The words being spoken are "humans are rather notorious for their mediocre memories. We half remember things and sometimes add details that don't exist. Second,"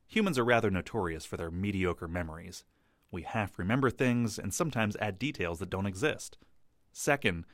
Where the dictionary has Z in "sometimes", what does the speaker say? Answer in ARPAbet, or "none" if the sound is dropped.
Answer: Z